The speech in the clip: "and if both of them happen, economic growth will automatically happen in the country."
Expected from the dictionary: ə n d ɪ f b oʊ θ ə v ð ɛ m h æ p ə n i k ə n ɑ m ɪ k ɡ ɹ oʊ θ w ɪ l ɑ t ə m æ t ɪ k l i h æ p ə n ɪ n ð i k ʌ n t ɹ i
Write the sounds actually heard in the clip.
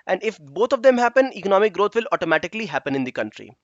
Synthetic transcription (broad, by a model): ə n d ɪ f b oʊ t ə v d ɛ m h æ p ə n i k ə n ɑ m ɪ k ɡ ɹ oʊ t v ɪ l ɑ t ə m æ t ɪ k l i h æ p ə n ɪ n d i k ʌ n t ɹ i